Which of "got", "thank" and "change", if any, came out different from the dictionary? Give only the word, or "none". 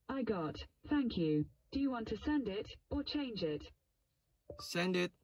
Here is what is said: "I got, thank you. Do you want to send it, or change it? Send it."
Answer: none